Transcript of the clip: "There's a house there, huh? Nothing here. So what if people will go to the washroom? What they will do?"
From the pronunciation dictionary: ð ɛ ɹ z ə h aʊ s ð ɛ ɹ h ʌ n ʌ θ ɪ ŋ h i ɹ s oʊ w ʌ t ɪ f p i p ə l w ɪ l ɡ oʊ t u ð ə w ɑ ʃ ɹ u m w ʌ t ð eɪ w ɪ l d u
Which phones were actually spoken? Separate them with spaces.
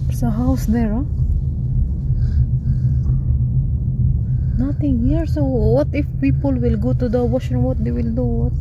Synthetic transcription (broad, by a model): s ə h aʊ s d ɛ ɹ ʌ n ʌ t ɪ ŋ h i ɹ s oʊ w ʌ t ɪ f p i p ə l w ɪ l ɡ oʊ t u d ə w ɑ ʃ ɛ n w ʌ t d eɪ w ɪ l d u